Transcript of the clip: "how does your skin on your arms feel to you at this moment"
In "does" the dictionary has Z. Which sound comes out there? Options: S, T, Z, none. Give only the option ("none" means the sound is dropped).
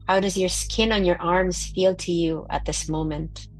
Z